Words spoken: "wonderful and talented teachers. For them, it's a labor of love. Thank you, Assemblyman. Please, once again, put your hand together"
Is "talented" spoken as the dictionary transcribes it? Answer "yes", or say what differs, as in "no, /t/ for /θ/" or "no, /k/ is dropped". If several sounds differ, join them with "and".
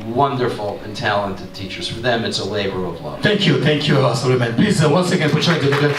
yes